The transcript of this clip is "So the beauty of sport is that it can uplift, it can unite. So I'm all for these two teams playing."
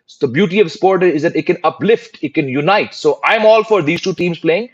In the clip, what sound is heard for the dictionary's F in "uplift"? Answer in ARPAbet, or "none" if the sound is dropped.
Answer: F